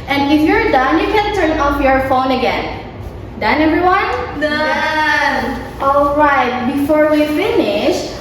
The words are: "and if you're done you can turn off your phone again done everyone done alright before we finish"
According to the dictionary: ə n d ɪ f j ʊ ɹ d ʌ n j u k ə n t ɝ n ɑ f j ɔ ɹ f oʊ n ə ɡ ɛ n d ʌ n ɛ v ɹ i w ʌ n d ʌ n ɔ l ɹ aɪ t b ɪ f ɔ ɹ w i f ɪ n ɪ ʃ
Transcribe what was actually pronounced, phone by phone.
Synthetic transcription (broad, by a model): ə n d ɪ f j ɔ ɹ d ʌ n j u k ə n t ɝ n ɑ f j ɔ ɹ f oʊ n ə ɡ ɛ n d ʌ n ɛ v ɹ i w ʌ n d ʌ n ɔ l ɹ aɪ t b ɪ f ɔ ɹ w i f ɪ n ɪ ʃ